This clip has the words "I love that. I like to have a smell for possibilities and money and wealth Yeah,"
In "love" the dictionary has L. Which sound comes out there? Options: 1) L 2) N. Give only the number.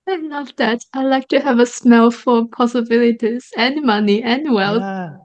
2